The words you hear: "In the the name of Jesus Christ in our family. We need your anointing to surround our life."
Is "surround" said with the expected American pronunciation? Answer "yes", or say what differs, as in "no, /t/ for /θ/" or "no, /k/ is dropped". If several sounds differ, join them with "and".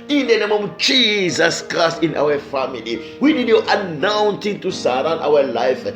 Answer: no, /d/ is dropped